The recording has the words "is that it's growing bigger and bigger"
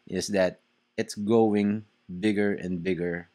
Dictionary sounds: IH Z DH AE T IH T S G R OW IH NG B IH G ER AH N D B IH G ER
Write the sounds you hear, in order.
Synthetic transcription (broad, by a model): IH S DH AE T IH T S G OW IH NG B IH G ER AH N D B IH G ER